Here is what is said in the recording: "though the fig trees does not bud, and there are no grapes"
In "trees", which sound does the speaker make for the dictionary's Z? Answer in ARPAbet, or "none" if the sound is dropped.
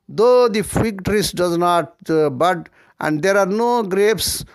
S